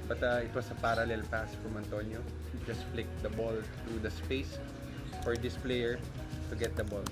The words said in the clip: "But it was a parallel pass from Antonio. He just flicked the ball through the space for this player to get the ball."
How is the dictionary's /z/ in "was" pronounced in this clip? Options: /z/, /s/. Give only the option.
/s/